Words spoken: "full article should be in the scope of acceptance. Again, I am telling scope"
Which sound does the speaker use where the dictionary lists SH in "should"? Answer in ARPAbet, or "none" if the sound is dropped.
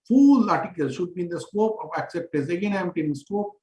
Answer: SH